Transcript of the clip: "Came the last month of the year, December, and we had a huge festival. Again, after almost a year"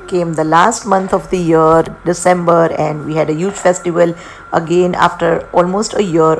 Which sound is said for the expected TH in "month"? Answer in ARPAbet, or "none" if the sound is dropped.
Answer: T